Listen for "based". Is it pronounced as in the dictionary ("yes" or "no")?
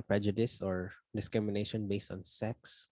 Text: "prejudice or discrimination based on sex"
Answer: yes